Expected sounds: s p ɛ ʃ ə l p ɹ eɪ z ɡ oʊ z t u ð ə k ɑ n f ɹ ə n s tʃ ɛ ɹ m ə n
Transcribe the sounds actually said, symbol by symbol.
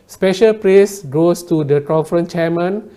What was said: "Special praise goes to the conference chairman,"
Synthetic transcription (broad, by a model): s p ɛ ʃ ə l p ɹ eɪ s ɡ oʊ s t u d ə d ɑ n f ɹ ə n tʃ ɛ m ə n